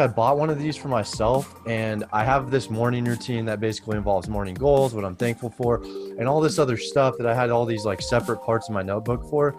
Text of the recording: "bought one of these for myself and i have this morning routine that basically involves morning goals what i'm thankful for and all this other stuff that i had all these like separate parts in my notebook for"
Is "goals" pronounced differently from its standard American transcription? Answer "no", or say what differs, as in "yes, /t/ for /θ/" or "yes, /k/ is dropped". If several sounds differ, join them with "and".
no